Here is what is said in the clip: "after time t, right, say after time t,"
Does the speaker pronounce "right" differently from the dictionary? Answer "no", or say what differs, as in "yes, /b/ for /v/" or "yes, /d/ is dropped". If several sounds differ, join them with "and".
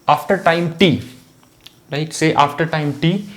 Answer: yes, /l/ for /ɹ/